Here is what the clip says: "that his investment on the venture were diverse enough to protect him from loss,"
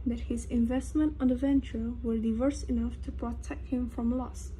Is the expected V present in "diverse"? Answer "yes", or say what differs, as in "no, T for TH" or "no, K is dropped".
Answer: yes